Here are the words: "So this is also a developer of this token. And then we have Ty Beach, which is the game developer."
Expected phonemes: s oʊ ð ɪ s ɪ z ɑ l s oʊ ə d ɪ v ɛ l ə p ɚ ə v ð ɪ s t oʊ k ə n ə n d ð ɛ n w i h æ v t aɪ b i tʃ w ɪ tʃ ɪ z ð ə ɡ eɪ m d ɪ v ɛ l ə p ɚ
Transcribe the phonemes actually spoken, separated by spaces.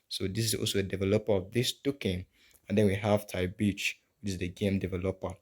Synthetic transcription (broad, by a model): s oʊ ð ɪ s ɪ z ɑ l s oʊ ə d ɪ v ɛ l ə p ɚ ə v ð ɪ s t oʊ k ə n ə n d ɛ n w i h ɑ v t aɪ b i tʃ w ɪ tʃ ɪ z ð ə ɡ eɪ m d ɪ v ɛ l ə p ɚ